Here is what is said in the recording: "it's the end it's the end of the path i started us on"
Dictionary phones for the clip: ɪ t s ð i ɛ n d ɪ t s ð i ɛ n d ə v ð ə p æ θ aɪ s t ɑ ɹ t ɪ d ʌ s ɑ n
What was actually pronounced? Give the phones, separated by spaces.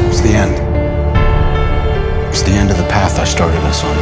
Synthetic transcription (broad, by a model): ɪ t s ð i ɛ n d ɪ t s ð i ɛ n d ə v ð ə p æ θ aɪ s t ɑ ɹ t ɪ d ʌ s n